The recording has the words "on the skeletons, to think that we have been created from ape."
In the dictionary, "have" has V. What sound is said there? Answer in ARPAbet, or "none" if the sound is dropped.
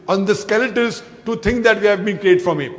V